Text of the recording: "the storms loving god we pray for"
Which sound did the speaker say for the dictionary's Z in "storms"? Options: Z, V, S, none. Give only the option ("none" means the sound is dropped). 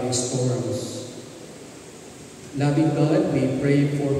S